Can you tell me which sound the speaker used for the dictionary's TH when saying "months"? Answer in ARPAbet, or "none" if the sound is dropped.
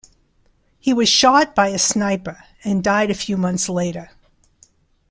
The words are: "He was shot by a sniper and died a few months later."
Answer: TH